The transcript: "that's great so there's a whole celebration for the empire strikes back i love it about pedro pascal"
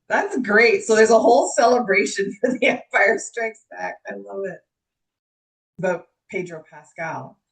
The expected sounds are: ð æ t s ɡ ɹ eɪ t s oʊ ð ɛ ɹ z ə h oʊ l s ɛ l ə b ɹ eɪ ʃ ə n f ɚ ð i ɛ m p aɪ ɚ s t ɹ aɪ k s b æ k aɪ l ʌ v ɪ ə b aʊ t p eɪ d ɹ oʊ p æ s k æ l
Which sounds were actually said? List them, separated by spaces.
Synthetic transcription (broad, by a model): ð æ t s ɡ ɹ eɪ t s oʊ ð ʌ ɹ z ə h oʊ l s ɛ l ə b ɹ eɪ ʃ ə n f ɚ ð i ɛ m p aɪ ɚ s t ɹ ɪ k s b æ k aɪ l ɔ ɪ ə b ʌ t p eɪ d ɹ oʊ p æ s k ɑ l